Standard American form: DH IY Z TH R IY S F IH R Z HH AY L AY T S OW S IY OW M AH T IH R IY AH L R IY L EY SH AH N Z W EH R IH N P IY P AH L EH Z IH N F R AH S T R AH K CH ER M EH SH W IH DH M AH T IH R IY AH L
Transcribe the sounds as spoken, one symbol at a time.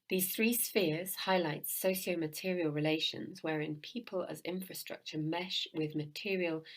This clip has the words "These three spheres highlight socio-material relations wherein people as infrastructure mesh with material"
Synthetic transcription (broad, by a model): DH IY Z TH R IY S F IH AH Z HH AY L AY T S OW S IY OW M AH T IH R IY AH L R IY L EY SH AH N Z W EH R IH N P IY P AH L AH Z IH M F R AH S T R AH K CH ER M EH SH W IH DH M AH T IH R IY AH L